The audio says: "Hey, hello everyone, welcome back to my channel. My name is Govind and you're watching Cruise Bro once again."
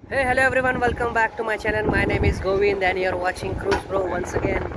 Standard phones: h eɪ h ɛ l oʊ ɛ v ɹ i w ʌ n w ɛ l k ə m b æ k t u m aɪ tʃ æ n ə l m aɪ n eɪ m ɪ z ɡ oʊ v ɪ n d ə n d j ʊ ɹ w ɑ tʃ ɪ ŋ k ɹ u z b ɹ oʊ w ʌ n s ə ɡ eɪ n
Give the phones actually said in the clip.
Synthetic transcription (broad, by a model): h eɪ h ɛ l oʊ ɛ v ɹ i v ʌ n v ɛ l k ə m b æ k t u m aɪ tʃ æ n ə n m aɪ n eɪ m ɪ z ɡ oʊ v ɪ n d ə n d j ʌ ɹ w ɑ tʃ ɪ ŋ k ɹ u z b ɹ oʊ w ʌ n s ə ɡ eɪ n